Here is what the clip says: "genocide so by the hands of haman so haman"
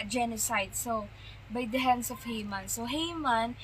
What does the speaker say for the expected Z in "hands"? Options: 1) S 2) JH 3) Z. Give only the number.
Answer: 1